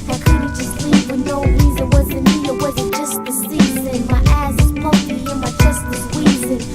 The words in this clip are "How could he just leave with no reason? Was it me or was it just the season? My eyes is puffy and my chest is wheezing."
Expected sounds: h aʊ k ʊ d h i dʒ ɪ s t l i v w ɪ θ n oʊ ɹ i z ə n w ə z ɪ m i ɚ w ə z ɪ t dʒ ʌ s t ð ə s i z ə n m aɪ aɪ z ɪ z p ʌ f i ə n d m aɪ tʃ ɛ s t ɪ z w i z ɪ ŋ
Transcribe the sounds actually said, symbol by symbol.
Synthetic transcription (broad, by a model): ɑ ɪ k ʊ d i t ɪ s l i p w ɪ n oʊ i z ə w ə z ɪ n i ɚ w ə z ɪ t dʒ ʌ s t ð ə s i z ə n m aɪ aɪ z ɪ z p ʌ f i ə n m aɪ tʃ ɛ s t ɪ s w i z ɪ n